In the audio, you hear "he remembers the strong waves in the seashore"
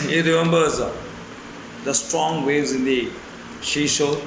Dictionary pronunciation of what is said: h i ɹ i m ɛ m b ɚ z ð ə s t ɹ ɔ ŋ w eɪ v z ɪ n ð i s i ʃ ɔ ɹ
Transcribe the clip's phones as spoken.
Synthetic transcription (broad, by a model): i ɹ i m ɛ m b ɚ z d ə s t ɹ ɔ ŋ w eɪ z ɪ n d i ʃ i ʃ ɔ